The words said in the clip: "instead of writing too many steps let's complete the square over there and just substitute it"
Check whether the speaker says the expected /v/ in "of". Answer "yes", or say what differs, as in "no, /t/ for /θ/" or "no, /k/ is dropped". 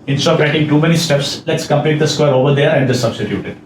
no, /p/ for /v/